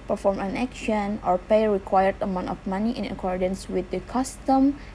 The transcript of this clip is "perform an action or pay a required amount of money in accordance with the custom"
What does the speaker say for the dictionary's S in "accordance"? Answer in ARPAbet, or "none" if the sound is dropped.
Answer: S